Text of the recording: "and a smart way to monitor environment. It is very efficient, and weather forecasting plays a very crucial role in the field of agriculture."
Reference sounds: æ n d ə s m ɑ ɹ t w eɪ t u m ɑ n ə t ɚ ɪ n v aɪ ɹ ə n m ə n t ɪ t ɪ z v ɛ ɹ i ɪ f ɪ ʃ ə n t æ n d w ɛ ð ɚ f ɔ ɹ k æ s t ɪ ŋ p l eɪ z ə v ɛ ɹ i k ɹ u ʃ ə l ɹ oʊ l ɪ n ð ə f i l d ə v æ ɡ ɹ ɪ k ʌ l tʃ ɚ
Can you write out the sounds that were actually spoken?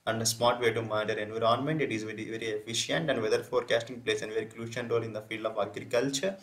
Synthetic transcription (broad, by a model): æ n d ə s m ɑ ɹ t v eɪ t u m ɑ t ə t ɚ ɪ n v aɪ ɹ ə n m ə n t ɪ t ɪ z v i ɹ i ɪ f ɪ ʃ ə n t æ n d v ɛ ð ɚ f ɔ ɹ k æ s t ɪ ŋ p l eɪ s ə v ɛ ɹ i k l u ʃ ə n ɹ oʊ l ɪ n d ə f i l d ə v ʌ ɡ ɹ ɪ k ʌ l tʃ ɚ